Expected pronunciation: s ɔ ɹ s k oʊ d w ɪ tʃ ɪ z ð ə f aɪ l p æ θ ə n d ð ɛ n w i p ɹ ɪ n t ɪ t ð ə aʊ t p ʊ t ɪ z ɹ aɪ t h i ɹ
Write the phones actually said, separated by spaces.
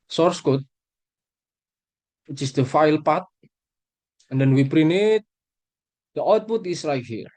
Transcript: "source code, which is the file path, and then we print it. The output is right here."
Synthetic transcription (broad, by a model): s ɔ ɹ s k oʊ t w ɪ tʃ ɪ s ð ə f aɪ l p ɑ t ə n d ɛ n w i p ɹ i n ɪ t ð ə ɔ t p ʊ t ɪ s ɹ aɪ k h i ɹ